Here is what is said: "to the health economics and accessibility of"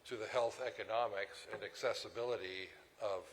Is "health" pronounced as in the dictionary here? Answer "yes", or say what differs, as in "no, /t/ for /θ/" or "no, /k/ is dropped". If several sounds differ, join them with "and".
yes